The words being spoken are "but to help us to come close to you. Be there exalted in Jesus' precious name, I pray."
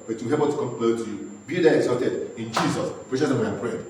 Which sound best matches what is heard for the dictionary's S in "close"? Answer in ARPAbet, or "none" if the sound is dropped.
none